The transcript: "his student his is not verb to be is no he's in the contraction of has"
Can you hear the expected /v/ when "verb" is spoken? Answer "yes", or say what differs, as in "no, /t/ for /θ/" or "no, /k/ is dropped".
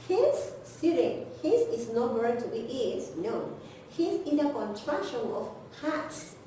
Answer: no, /w/ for /v/